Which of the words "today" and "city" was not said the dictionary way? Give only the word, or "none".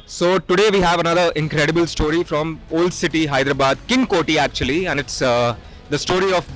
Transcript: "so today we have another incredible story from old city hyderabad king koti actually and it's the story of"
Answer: none